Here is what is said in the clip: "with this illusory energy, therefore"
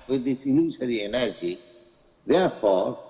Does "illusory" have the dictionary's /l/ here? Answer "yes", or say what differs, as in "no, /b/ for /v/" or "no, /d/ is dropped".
no, /n/ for /l/